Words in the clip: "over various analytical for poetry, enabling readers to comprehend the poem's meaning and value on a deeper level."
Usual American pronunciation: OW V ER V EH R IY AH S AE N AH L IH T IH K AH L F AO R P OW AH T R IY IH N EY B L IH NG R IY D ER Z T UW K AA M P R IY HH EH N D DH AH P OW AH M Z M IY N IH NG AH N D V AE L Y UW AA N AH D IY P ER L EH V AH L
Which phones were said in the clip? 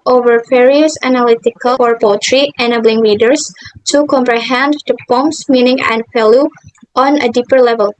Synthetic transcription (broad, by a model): OW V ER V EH R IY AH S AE N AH L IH T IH K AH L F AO R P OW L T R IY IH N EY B L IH NG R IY D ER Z T UW K AA M P R IY HH EH N D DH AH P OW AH M S M IY N IH NG AH N D F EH L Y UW AA N AH D IY P ER L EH V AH L